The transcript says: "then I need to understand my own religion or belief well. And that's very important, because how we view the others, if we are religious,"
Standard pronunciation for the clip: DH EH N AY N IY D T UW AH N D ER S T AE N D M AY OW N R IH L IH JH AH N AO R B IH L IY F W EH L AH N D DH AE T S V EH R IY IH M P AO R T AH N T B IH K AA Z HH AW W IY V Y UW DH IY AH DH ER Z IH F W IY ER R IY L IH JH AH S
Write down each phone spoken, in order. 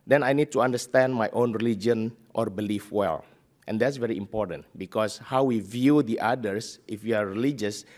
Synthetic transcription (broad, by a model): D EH N AY N IY D T UW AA N D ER S T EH N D M AY OW N R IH L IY JH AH N AO R B IH L IY F W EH L AH N D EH T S V EH R IY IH M P AO R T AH N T B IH K AA S HH AW W IY V Y UW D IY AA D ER S IH F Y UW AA R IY L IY JH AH S